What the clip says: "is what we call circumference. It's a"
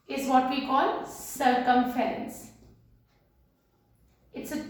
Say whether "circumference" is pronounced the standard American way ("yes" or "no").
no